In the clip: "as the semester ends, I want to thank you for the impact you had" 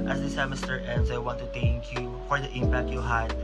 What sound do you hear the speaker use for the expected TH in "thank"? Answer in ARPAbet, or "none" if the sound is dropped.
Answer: T